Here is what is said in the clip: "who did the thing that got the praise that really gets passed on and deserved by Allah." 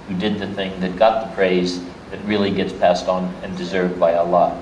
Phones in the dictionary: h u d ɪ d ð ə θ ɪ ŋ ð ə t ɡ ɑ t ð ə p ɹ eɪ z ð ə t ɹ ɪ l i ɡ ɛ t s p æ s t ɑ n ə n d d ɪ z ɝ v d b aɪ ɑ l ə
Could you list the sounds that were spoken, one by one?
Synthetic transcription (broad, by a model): h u d ɪ d ð ə θ ɪ ŋ ð ə t ɡ ɑ t ð ə p ɹ eɪ z ð ə t ɹ ɪ l i ɡ ɛ t s p æ s t n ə n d d ɪ z ɝ v d b aɪ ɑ l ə